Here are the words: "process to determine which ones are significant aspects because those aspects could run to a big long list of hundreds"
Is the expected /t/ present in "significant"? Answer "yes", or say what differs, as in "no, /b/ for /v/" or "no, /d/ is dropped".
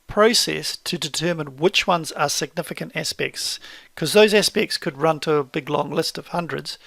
yes